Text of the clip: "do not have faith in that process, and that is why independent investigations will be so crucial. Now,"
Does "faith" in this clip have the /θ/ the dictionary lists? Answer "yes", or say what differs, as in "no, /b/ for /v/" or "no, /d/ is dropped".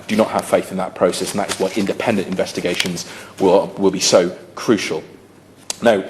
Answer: yes